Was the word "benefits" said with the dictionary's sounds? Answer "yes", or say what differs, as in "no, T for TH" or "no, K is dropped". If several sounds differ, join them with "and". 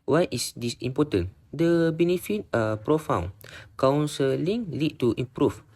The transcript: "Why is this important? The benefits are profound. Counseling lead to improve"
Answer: no, S is dropped